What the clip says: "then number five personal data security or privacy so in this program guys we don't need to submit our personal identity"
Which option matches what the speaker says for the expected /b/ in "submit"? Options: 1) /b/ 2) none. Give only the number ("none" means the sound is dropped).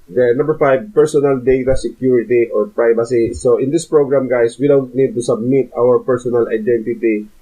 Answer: 1